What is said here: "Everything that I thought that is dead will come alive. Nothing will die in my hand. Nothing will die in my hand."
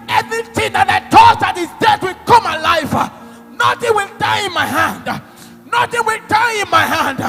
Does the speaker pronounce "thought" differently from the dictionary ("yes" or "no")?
yes